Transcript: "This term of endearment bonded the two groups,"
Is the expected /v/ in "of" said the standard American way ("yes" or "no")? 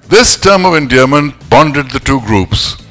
yes